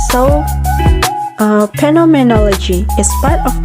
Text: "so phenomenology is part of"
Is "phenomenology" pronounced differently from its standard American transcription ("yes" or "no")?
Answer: yes